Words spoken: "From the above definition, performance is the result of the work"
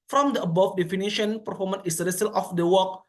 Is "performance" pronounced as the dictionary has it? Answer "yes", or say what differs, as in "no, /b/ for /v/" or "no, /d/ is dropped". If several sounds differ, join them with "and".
no, /s/ is dropped